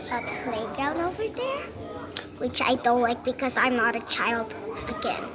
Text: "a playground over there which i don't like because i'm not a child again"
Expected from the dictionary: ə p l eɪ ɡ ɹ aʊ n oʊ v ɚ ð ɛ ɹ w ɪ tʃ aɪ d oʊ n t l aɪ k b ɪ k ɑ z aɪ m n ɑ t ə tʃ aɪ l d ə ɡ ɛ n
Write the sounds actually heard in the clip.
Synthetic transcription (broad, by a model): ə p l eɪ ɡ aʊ n oʊ v ɚ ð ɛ ɹ w ɪ tʃ aɪ d oʊ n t l aɪ k b ɪ k ɑ z aɪ m n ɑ t ə tʃ aɪ l d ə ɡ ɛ n